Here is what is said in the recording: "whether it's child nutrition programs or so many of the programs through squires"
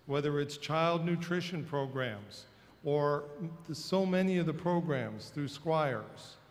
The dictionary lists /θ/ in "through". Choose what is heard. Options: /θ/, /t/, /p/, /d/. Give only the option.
/θ/